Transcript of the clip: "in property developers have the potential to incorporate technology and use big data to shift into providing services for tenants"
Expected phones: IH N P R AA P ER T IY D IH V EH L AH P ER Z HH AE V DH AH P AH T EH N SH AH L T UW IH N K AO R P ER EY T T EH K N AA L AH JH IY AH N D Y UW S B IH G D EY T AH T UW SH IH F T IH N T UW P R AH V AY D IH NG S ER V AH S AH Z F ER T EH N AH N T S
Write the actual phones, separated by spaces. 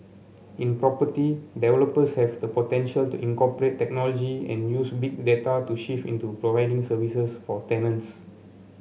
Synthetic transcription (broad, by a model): IH N P R AA P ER T IY D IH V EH L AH P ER S HH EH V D AH P AH T EH N SH AH L T UW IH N K AO P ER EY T T EH K N AA L AH JH IY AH N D Y UW S B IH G D EY T AH T UW SH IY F IH N T UW P R AH V AY D IH NG S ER V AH S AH S F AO T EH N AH N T S